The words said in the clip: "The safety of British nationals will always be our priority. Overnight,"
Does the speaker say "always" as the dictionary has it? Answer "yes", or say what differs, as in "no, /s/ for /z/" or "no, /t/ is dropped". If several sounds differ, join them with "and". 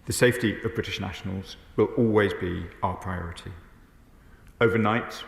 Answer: yes